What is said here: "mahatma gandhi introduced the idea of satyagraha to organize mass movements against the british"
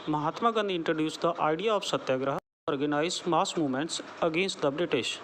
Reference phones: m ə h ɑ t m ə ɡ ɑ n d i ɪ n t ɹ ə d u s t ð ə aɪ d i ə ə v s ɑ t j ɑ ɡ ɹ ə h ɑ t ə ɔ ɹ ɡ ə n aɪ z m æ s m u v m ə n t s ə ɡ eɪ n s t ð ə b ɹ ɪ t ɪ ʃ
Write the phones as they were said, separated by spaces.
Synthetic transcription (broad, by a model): m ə h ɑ t m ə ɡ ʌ n d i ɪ n t ɹ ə d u s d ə aɪ d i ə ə f s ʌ t j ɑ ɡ ɹ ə h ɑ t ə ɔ ɹ ɡ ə n aɪ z m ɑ s m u m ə n t s ə ɡ eɪ n s t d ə b ɹ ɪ t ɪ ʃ